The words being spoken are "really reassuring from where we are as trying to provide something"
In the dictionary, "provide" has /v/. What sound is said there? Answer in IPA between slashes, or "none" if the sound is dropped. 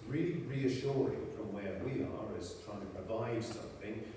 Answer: /v/